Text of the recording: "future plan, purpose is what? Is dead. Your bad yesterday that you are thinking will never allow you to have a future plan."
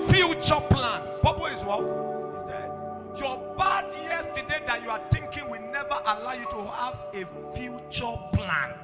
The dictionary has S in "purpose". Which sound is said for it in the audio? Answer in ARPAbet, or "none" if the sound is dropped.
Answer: none